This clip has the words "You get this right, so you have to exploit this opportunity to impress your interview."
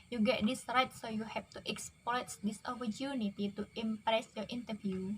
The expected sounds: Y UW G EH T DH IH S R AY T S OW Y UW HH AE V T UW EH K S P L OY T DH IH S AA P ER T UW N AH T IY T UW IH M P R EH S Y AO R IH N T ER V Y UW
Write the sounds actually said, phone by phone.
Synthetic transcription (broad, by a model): Y UW G EH T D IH S R AY T S OW Y UW HH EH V T UW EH K S P OY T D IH S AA P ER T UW N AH T IY T UW IH M P R EH S Y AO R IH N T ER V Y UW